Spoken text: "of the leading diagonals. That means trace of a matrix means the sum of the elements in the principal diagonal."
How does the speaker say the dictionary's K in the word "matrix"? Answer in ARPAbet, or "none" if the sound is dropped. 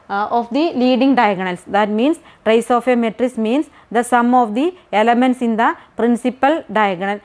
none